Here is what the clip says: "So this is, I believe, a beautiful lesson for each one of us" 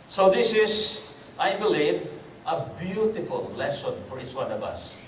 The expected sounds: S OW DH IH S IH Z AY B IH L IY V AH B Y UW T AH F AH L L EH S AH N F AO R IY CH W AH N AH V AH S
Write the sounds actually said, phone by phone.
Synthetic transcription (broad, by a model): S OW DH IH S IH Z AY B IH L IY V AH B Y UW T AH F AH L L EH S AH N F AO R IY S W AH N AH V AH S